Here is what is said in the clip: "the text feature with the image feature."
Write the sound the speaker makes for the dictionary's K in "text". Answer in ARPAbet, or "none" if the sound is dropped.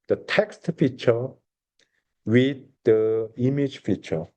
K